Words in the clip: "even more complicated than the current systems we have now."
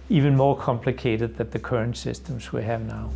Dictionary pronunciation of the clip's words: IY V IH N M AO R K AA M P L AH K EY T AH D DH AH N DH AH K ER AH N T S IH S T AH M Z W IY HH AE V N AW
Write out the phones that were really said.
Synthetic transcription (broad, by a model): IY V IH N M AO R K AA M P L AH K EY T AH D DH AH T DH AH K ER AH N T S IH S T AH M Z W IY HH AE V N AW